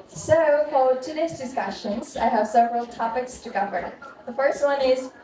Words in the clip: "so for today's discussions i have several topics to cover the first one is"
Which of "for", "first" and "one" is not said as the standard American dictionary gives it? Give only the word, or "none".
for